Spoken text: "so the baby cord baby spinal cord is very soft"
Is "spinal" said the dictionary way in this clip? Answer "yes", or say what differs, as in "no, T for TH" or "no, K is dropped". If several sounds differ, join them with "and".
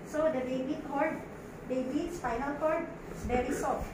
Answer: no, F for P